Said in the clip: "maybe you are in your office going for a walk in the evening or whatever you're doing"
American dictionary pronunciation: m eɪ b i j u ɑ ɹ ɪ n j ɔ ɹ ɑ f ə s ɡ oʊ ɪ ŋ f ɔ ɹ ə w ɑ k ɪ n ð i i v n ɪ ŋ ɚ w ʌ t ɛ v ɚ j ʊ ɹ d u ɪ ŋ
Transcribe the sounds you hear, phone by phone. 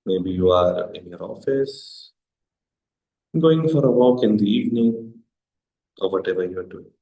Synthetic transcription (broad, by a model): m eɪ b i j u ɑ ɹ ɪ n j ɔ ɹ ɑ f ə s ɡ oʊ ɪ ŋ f ɔ ɹ ə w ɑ k ɪ n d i i v n ɪ ŋ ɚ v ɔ t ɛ v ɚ j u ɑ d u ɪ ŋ